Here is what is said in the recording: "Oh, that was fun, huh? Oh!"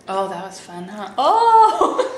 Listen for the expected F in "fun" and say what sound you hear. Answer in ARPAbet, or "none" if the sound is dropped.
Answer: F